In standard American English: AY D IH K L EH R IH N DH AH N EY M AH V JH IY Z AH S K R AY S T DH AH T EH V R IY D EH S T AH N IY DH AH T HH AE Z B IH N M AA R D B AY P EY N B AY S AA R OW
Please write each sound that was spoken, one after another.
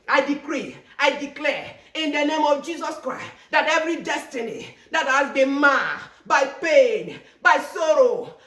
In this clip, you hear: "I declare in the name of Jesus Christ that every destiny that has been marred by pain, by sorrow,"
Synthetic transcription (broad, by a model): AY D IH K L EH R IH N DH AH N EY M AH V JH IY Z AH S K R AY S T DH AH T EH V R IY D EH S T AH N IY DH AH T HH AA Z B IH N M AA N B AY P EY N B AY S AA R OW